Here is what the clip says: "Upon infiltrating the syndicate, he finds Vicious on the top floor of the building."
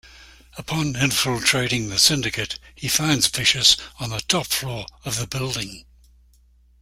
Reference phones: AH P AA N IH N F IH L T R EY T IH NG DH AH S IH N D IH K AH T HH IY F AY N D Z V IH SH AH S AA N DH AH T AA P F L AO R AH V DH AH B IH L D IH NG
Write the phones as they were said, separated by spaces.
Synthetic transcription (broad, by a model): AH P AA N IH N F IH L T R EY T IH NG DH AH S IH N D IH K AH T HH IY F AY N D Z F IH SH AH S N DH AH T AA P F L AO R AH V DH AH B IH L D IH NG